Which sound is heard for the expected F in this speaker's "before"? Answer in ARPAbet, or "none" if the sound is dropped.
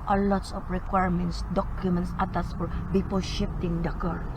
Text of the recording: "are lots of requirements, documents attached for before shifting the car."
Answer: P